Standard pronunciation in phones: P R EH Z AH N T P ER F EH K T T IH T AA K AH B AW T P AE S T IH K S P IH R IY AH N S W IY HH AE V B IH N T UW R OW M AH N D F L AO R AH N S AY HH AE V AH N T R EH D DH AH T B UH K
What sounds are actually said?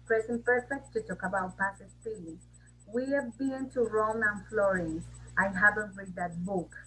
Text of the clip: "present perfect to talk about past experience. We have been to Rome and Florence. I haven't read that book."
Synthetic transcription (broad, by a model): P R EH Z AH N P ER F EH K T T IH T AA K AH B AW T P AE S IH S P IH L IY W IY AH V B IH N T UW R OW M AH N F L AO R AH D AY HH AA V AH N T R EH D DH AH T B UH K